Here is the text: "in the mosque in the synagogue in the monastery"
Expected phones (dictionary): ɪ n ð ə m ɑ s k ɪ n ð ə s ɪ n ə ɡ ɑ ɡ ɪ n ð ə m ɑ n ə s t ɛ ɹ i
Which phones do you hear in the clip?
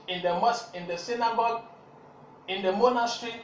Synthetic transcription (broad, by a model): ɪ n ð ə m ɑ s ɪ n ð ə s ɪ n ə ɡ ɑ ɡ ɪ n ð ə m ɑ n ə s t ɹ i